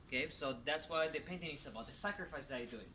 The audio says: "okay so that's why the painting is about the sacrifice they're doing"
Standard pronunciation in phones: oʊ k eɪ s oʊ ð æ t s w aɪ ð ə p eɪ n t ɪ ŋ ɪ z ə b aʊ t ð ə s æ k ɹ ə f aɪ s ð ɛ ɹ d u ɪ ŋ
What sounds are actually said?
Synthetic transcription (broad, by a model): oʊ k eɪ s oʊ ð æ t s w aɪ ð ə p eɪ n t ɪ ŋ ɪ s ə b aʊ t ð ə s æ k ɹ ə f aɪ s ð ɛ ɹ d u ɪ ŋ